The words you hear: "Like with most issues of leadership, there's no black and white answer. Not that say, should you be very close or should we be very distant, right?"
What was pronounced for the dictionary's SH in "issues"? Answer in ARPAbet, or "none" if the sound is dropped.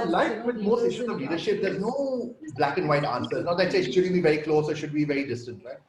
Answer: S